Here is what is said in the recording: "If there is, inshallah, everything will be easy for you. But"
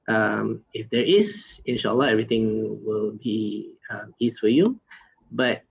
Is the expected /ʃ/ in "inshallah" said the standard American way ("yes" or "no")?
yes